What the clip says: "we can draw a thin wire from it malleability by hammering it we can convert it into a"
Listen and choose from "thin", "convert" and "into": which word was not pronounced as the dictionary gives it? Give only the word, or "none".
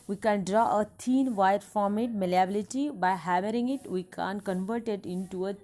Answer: thin